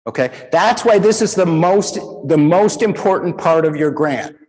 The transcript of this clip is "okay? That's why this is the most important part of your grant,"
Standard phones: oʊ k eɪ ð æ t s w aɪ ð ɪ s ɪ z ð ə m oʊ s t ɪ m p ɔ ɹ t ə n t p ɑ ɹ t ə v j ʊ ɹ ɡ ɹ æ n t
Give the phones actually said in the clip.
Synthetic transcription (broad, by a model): oʊ k eɪ ð æ t s w aɪ ð ɪ s ɪ z ð ə m oʊ s t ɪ m ɔ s t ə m t p ɑ ɹ t ə v j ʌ ɹ ɡ ɹ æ n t